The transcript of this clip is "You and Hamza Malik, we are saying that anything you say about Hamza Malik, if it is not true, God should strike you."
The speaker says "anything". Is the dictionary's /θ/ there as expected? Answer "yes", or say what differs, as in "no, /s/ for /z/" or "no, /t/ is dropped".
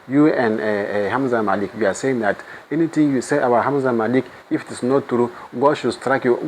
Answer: no, /t/ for /θ/